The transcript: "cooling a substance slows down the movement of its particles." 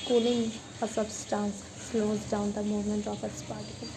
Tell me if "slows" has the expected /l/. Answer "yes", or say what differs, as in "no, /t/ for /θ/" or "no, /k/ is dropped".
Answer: yes